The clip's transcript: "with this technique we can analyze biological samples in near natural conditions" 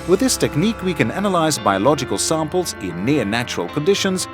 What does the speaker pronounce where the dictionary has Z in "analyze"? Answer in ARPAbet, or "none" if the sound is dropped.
Z